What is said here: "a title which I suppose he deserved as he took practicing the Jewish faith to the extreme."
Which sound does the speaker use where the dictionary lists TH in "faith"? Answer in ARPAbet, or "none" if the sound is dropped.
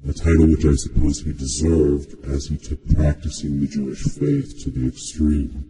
TH